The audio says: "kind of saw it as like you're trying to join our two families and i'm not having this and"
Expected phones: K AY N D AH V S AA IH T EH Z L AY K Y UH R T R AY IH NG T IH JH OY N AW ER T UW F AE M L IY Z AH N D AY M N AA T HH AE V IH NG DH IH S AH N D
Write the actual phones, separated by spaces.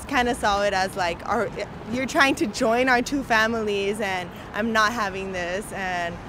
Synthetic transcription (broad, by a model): K AY N D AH S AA IH T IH Z L AY K Y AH R T R AY IH NG T IH JH OY N AW ER T UW F AE M L IY Z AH N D AY M N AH T HH AE V IH NG DH IH S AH N